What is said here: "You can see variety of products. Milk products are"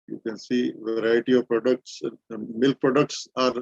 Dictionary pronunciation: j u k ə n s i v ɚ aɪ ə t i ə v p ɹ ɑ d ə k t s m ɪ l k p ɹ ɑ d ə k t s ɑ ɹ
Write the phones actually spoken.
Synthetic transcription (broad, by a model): j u k ə n s i v ɚ aɪ ə t i ə v p ɹ ɑ d ə k t s m ɪ l k p ɹ ɑ d ə k t s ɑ ɹ